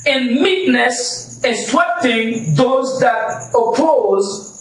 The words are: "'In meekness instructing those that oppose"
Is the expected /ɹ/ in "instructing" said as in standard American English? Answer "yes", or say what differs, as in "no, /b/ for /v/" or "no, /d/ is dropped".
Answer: no, /w/ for /ɹ/